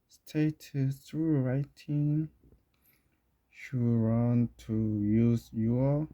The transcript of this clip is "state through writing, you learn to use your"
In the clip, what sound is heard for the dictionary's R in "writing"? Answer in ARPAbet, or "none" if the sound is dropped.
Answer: R